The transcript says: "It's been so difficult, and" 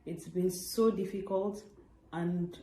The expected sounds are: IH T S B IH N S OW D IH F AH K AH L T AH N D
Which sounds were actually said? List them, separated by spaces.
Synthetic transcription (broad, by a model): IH T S B IH N S OW D IH F AH K AH L T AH N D